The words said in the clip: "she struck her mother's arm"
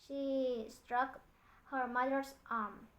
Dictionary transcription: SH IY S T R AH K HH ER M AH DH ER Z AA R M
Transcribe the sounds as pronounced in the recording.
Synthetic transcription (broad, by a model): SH IY S T R AH K HH ER M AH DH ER S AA R M